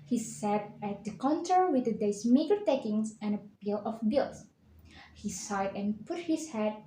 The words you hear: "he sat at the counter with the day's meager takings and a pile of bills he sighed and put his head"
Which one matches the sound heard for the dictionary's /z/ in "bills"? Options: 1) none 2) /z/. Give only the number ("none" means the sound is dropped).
1